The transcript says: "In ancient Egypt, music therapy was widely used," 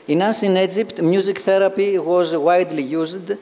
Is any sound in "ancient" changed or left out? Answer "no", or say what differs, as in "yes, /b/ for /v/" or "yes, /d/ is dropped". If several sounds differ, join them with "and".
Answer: yes, /s/ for /ʃ/ and /t/ is dropped